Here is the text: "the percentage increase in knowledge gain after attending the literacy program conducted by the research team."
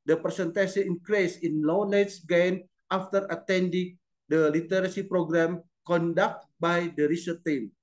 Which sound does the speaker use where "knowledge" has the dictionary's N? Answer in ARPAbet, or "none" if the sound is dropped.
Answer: L